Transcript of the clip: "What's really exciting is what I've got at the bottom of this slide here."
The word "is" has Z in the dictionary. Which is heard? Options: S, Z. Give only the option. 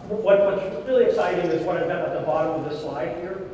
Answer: Z